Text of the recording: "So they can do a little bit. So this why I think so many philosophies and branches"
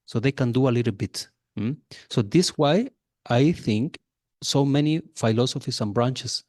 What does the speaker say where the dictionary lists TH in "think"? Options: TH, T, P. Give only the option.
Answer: TH